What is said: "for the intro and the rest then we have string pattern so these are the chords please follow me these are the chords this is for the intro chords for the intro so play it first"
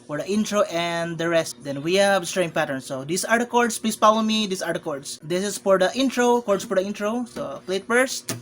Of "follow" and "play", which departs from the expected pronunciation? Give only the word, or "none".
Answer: follow